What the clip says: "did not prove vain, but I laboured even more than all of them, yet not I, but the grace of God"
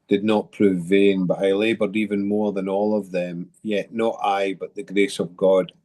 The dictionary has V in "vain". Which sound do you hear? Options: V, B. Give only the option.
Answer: V